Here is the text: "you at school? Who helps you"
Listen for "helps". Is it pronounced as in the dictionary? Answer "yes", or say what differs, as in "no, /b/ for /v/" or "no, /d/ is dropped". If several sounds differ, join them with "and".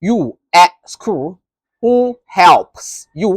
yes